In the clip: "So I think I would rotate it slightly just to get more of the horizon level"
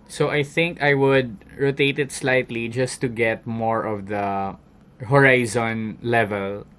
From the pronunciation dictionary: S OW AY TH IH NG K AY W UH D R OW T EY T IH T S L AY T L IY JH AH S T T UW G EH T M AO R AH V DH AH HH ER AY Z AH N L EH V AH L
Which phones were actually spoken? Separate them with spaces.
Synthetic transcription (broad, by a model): S OW AY TH IH NG K AY W UH D R OW T EY T IH T S L AY T L IY JH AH S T T UW G EH T M AO R AH V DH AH HH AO AY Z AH N L EH V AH L